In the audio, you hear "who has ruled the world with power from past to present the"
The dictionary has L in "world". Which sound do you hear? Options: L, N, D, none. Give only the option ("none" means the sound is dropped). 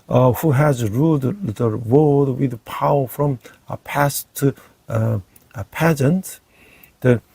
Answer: none